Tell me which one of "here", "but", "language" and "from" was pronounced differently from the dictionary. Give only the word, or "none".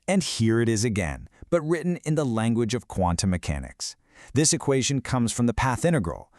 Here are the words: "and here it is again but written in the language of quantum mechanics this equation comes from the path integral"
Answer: none